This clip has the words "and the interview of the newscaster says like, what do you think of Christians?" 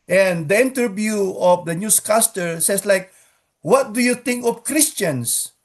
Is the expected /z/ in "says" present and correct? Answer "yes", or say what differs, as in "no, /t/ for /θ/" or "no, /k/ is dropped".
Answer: no, /s/ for /z/